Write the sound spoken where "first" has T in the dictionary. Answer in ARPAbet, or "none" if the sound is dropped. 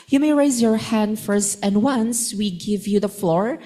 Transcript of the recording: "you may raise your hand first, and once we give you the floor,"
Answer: T